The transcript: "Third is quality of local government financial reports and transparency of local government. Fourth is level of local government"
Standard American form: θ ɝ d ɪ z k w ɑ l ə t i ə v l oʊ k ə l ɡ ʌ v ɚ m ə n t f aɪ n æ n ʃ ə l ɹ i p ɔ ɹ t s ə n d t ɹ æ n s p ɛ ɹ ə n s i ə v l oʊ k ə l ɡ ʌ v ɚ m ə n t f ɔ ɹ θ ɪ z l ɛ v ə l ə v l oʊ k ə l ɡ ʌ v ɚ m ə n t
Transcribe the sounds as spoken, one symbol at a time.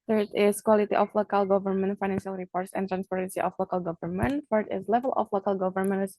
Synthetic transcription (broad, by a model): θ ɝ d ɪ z k w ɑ l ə t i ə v l oʊ k ə l ɡ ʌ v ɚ m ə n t f aɪ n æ n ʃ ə l ɹ i p ɔ ɹ t s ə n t ɹ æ n s p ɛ ɹ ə n s i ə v l oʊ k ə l ɡ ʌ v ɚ m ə n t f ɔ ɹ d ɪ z l ɛ v ə l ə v l oʊ k ə l ɡ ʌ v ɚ m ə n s